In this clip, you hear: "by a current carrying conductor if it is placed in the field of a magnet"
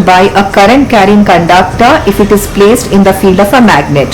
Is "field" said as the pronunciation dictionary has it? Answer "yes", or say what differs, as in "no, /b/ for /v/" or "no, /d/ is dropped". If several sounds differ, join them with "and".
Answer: yes